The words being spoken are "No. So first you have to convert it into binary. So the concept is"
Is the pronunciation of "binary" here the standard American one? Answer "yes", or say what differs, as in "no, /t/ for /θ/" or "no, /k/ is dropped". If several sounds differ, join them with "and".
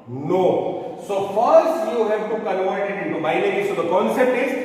no, /l/ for /n/